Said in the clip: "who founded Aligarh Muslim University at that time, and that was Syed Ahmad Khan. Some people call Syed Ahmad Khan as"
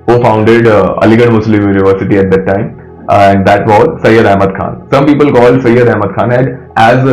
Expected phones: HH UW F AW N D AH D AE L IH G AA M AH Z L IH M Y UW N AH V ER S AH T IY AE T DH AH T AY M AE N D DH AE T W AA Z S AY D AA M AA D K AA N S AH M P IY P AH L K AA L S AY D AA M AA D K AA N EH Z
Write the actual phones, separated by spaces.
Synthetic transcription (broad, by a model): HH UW F AW N D AH D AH L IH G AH M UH S L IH M Y UW N AH V ER S AH T IY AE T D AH T AY M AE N D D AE T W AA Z S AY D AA M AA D K AA N S AH M P IY P AH L K AA L S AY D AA M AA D K AA N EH Z